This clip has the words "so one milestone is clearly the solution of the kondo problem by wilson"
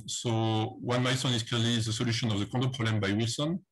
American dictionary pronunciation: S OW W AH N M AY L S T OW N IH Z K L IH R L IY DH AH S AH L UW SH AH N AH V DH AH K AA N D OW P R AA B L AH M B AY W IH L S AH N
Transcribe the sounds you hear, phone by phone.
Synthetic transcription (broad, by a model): S OW W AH N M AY S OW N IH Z K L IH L IY DH AH S AH L UW SH AH N AH V DH AH K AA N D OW P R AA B L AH M B AY W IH L S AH N